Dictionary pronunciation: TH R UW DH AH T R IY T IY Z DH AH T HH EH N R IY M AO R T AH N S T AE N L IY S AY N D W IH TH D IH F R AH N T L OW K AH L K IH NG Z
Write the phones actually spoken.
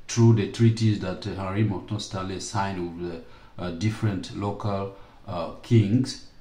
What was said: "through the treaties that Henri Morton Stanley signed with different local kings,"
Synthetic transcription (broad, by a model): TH R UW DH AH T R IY T IY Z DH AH T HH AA R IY M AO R T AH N S T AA L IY S AY N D W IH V D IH F R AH N T L OW K AH L K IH NG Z